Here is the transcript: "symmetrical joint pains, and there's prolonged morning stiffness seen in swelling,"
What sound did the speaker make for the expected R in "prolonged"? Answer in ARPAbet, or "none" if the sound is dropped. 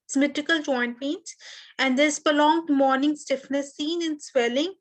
none